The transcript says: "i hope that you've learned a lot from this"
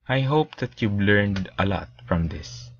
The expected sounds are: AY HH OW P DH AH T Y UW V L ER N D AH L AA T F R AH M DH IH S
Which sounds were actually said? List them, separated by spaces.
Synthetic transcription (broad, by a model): AY HH OW P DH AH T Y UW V L ER N D AH L AA T F R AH M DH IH S